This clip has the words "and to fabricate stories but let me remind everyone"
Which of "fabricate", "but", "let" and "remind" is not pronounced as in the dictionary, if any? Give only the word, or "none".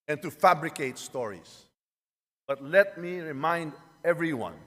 none